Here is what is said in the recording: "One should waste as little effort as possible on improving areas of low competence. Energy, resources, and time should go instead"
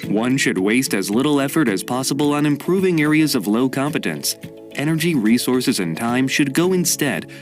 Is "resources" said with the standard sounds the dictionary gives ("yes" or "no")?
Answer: yes